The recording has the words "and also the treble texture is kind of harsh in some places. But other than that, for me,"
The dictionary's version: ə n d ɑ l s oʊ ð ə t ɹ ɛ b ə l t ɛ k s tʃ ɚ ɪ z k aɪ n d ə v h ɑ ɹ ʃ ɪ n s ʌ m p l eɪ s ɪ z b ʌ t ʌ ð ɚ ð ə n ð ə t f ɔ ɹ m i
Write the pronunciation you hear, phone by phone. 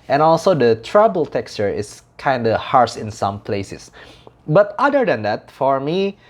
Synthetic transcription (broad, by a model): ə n ɑ l s oʊ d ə t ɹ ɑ b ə l t ɛ k s tʃ ɚ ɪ s k aɪ n d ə h ɑ ɹ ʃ ɪ n s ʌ m p l eɪ s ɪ s b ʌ t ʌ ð ɚ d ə n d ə t f ɔ ɹ m i